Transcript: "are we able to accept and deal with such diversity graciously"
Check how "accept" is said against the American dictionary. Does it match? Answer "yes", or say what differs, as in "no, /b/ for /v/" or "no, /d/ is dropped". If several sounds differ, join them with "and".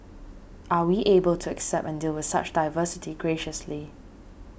yes